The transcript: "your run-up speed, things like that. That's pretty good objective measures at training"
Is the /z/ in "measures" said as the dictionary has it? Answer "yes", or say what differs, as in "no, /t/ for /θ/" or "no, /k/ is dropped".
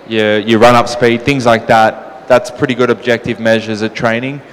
yes